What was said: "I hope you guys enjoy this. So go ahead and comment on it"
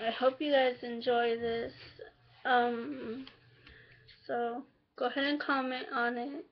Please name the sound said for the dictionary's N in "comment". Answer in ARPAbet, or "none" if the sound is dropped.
none